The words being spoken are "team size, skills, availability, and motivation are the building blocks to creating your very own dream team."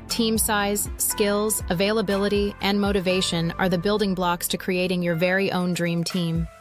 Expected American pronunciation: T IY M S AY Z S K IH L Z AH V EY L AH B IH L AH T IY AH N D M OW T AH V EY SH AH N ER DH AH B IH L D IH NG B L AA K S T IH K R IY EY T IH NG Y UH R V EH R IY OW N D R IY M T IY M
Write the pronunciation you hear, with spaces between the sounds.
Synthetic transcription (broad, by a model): T IY M S AY Z S K IH L Z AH V EY L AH B IH L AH T IY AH N M OW T AH V EY SH AH N ER DH AH B IH L D IH NG B L AA K S T IH K R IY EY T IH NG Y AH R V EH R IY OW N D R IY M T IY M